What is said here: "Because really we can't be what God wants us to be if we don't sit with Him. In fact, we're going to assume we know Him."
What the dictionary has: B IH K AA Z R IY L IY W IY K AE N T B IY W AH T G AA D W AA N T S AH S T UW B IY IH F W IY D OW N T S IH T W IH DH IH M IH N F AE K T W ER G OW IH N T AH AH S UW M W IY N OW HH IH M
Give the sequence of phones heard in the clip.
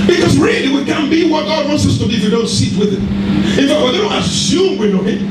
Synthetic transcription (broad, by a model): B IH K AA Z R IY L IY W IY K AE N B IY W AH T G AA D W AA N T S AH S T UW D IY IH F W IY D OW N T S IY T W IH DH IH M IH N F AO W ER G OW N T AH AH S UW M W IY N OW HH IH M